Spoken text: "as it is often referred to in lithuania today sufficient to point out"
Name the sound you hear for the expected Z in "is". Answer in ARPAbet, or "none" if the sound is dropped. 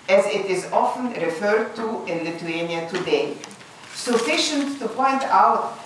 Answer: Z